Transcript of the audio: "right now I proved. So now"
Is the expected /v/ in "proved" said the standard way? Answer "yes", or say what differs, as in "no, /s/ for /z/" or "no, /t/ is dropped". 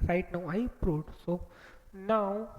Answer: no, /v/ is dropped